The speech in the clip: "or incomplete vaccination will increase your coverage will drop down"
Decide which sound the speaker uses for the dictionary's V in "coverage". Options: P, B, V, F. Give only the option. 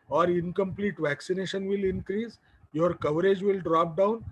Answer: V